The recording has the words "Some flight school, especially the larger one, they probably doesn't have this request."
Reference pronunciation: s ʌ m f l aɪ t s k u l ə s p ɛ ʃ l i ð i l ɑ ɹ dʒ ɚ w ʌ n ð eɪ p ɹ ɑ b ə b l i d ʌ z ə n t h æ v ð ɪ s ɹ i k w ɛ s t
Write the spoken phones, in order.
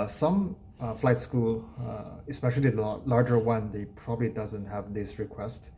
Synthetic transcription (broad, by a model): s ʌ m f l aɪ t s k u l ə s p ɛ ʃ i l i l ɑ ɹ dʒ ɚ w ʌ n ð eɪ p ɹ ɑ b ə b l i d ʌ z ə n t h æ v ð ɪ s ɹ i k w ɛ s t